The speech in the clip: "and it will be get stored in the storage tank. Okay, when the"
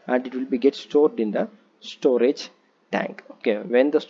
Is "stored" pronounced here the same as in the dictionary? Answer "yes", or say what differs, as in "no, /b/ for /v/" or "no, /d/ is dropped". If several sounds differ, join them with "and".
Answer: yes